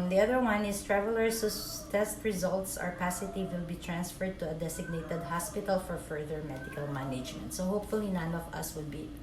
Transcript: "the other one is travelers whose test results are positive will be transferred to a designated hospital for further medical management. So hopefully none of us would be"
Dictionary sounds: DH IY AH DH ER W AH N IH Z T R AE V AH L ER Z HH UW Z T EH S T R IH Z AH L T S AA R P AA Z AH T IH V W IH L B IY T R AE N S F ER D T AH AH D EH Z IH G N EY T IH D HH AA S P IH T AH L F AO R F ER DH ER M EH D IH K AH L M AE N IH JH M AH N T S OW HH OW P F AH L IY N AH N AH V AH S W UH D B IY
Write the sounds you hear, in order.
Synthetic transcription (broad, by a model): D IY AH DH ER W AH N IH S T R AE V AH L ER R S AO T EH S T R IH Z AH L T S AA R P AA S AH T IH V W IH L B IY T R AE N S F ER D T AH AH D EH S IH G N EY T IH D HH AA S P IH T AH L F AO R F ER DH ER M EH D IH K AH L M AE N IH JH M AH N T S OW HH OW P F AH L IY N AH N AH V AH S W UH D B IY